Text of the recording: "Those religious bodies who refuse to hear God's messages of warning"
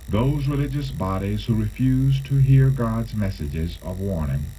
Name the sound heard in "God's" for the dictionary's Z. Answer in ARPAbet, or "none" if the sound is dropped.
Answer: Z